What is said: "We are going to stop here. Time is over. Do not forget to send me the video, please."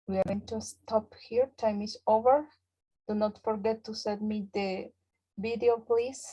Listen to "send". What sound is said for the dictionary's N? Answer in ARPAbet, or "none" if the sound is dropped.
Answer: none